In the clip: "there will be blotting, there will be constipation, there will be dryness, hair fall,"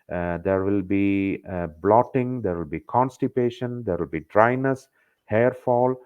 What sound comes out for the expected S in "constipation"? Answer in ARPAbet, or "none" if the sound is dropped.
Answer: S